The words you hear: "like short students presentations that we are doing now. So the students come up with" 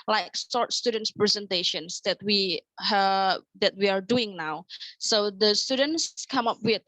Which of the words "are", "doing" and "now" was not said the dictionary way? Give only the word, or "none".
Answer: are